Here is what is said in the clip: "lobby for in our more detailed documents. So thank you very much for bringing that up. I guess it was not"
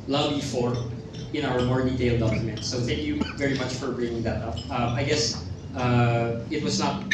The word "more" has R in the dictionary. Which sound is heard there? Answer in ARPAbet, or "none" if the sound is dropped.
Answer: R